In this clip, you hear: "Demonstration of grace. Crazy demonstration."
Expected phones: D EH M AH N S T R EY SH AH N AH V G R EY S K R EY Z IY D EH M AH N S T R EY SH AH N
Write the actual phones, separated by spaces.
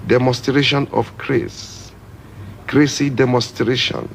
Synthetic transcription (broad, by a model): D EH M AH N S T R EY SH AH N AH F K R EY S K R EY S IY D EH M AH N S T R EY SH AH N